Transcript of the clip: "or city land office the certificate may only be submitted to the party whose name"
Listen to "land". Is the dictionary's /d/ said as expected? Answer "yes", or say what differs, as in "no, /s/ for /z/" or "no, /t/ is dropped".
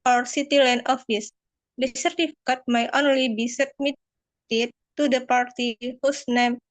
no, /d/ is dropped